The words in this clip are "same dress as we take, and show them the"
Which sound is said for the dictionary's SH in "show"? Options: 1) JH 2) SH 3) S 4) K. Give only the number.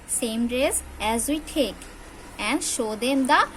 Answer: 2